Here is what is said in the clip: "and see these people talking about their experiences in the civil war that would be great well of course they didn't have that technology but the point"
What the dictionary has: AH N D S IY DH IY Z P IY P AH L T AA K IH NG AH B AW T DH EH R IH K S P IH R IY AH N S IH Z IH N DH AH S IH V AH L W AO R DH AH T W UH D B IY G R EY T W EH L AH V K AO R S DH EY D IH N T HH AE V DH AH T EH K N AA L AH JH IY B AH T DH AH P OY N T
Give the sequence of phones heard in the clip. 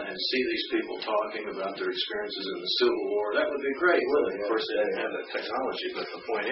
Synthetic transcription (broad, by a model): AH N S IY DH IY Z P IY P L T AA K IH NG AH B AW T DH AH R IH K S P IH R IY AH N S IH Z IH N DH AH S IH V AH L W AO R DH AH T W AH D B IY G R EY T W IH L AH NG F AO R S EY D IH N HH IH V DH AH T EH K N AA L AH JH IY B AH T DH AH P OY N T